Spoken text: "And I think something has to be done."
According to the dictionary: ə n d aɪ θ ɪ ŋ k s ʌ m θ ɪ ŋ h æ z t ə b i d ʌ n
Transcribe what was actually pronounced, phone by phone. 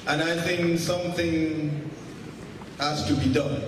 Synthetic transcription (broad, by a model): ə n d aɪ θ ɪ ŋ k s ʌ m θ ɪ ŋ h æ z t ə b i d ʌ n